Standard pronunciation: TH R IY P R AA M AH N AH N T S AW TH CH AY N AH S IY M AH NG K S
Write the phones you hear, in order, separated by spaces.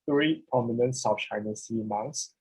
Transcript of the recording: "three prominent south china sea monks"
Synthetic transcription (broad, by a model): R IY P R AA M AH N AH N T S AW F CH AY N AH S IY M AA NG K S